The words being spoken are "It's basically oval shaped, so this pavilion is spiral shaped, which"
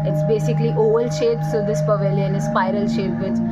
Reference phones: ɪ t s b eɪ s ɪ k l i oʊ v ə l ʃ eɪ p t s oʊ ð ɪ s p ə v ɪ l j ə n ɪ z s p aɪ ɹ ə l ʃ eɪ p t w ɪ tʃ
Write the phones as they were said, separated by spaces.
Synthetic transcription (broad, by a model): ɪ t s b eɪ s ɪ k l i oʊ v ə l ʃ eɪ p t s oʊ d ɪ s p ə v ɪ l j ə n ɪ s p aɪ ɹ ə l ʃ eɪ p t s